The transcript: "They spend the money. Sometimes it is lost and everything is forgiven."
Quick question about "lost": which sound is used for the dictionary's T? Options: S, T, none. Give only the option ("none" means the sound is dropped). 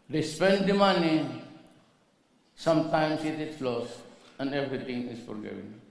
none